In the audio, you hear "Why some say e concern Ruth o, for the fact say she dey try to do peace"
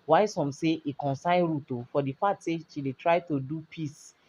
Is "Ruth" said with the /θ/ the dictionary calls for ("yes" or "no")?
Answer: no